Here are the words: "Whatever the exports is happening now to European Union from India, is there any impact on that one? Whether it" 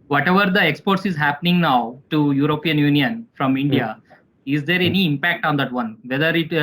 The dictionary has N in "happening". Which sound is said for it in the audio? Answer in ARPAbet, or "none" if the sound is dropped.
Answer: N